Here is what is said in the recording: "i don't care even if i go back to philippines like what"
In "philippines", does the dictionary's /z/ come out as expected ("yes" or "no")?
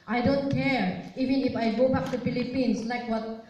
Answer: no